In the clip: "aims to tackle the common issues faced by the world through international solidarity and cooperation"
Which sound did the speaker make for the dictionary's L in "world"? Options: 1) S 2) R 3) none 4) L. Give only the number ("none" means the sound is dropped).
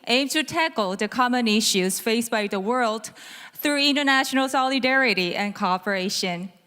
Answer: 4